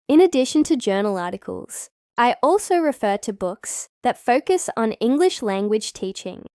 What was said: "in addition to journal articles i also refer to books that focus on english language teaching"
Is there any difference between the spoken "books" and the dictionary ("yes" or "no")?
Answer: no